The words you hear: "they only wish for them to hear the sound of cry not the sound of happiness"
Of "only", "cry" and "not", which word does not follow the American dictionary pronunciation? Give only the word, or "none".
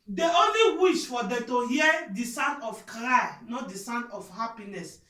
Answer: none